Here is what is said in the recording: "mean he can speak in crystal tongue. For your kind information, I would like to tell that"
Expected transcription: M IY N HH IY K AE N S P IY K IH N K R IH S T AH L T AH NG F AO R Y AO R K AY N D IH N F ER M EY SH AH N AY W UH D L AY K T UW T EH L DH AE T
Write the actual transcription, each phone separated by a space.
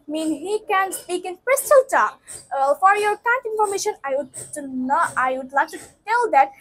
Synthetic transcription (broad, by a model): M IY N HH IY K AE N S P IY K IH N K R IH S T AH L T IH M F AO R Y AO R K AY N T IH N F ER M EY SH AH N AY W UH D L AY K T UW T EH L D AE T